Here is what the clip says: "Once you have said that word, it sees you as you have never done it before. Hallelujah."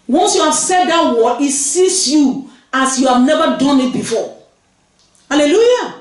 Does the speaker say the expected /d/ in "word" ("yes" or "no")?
no